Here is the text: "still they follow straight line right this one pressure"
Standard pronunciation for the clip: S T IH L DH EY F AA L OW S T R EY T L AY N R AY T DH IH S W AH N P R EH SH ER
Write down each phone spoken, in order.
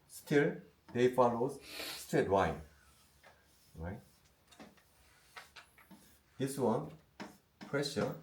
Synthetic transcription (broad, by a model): S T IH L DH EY F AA L OW S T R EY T W AY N R AY T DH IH S W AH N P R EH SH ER